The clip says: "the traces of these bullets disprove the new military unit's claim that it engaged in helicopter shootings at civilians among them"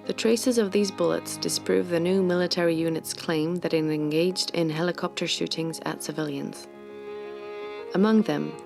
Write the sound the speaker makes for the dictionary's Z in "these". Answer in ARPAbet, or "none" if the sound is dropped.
Z